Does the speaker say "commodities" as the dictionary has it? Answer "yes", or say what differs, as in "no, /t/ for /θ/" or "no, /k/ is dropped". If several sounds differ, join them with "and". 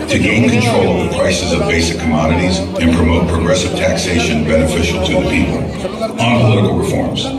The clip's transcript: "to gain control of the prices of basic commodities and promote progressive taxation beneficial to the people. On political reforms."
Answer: yes